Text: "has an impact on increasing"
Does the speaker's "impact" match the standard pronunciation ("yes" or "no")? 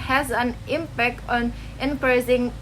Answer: yes